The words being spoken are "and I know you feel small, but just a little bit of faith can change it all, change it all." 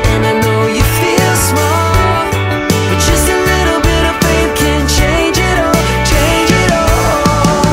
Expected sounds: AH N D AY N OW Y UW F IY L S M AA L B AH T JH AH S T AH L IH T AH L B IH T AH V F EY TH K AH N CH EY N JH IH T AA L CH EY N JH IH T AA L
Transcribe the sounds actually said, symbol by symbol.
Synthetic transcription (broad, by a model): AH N AY N OW Y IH F IY L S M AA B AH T JH AH S T AH L IH T L B IH T AH V P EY K AH N CH EY N JH IH T AA L CH EY N JH IH T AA L